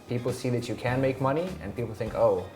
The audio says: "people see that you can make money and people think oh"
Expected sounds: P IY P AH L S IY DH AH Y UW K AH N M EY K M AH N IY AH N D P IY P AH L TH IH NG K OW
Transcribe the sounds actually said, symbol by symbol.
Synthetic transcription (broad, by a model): P IY P L S IY DH AH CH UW K AH N M EY K M AH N IY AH N P IY P L TH IH NG K OW